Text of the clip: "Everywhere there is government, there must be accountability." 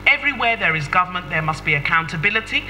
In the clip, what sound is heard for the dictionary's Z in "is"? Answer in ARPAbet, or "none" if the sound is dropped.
Z